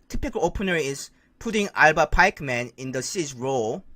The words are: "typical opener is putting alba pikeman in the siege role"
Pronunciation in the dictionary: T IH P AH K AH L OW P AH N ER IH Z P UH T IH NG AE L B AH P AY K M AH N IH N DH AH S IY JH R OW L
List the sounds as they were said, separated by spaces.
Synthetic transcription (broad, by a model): T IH P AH K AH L OW P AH N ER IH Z P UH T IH NG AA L B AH P AY K M AH N IH N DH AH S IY Z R OW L